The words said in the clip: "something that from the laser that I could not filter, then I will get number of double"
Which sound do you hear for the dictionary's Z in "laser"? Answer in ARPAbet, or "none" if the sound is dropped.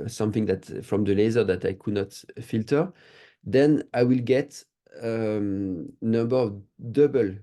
Z